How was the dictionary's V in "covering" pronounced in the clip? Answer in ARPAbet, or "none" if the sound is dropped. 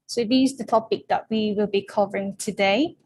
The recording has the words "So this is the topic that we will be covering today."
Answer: V